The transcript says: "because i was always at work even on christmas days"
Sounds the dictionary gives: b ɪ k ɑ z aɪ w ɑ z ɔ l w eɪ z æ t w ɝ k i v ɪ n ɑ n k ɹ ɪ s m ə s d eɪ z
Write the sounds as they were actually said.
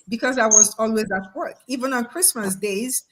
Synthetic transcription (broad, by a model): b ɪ k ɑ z aɪ w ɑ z ɔ l w eɪ z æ t w ɝ k i v ɪ n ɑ n k ɹ ɪ s m ə s d eɪ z